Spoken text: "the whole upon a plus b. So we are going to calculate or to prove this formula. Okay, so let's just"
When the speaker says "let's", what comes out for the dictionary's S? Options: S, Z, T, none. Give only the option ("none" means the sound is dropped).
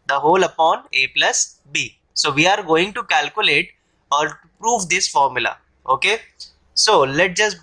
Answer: none